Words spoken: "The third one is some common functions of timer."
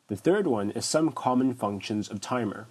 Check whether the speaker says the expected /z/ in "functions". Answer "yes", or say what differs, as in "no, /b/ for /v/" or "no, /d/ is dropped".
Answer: yes